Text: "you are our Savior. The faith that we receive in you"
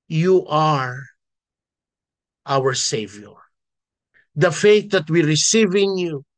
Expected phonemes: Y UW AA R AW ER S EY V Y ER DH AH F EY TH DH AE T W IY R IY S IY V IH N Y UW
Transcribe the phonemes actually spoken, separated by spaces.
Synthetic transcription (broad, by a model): Y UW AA R AW ER S EY V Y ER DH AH F EY TH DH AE T W IY R IY S IY V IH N Y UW